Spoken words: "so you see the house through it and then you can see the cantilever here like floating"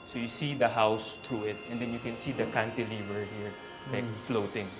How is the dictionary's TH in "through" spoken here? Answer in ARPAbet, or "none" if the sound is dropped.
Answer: T